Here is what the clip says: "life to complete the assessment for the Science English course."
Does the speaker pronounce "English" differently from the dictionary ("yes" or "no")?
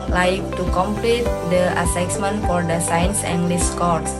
yes